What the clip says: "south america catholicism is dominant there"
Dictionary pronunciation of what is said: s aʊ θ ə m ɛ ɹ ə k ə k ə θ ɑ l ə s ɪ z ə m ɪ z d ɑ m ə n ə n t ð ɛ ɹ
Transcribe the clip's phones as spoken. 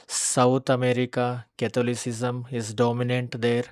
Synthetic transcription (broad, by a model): s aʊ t ə m ɛ ɹ ə k ə k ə t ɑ l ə s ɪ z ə m ɪ z d ɑ m ə n ə n t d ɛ ɹ